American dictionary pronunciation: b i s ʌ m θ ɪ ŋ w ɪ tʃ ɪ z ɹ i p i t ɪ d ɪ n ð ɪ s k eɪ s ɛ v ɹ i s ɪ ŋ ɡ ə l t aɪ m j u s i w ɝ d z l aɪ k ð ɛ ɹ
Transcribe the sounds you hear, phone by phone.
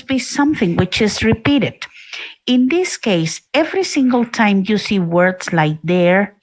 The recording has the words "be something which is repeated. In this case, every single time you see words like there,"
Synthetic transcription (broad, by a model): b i s ʌ m θ ɪ ŋ w ɪ tʃ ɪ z ɹ i p i t ɪ d ɪ n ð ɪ s k eɪ s ɛ v ɹ i s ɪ ŋ ɡ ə l t aɪ m j u s i w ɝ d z l aɪ k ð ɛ ɹ